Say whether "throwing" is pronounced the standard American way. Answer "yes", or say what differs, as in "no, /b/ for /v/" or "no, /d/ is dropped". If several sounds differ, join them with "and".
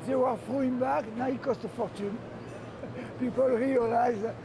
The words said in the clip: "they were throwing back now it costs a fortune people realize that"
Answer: no, /f/ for /θ/